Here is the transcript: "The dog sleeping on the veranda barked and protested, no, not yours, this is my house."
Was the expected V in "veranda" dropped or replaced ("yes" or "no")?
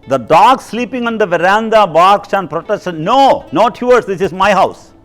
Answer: no